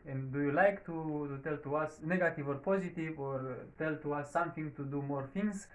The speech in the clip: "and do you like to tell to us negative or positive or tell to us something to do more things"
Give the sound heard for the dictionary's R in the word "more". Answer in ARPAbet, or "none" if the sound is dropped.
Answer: R